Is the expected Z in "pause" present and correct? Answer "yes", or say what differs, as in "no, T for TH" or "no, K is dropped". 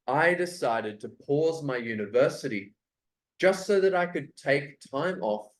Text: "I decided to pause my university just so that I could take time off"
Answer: yes